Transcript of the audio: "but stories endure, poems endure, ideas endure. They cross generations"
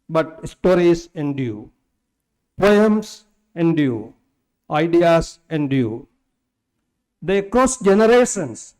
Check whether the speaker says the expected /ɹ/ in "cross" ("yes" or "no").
no